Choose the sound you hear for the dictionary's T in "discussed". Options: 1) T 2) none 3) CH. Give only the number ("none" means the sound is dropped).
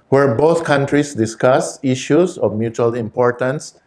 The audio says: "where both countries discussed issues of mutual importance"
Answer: 2